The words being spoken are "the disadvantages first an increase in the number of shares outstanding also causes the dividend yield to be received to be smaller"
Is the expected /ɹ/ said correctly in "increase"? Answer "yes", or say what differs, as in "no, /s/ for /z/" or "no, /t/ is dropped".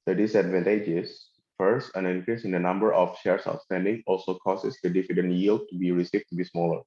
yes